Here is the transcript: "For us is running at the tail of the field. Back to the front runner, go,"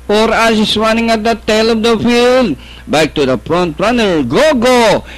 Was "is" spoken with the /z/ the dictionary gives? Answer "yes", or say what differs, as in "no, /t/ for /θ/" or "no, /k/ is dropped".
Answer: no, /s/ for /z/